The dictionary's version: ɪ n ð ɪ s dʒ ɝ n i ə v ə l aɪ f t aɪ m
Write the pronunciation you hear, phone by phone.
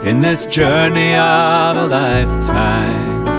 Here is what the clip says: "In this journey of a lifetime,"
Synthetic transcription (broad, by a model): ɪ n ð ɪ s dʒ ɝ n i ə v ə l aɪ f t aɪ m